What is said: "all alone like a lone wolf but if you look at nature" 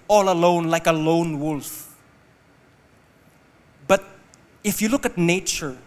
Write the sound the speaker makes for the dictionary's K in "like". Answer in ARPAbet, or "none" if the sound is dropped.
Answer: K